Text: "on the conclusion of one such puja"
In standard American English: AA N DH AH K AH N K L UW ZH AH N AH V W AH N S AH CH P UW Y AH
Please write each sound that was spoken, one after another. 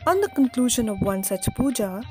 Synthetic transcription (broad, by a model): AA N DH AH K AH N K L UW ZH AH N AH V W AH N S AH CH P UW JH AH